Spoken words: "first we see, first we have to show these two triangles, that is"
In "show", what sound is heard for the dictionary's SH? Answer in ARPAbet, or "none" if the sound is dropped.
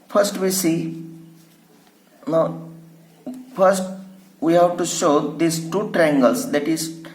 SH